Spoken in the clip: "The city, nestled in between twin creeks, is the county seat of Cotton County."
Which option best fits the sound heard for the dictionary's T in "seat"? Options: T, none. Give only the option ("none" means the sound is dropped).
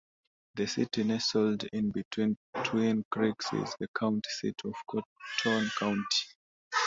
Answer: T